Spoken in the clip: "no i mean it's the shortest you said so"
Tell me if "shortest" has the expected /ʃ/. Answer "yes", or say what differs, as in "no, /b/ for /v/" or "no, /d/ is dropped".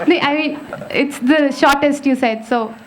yes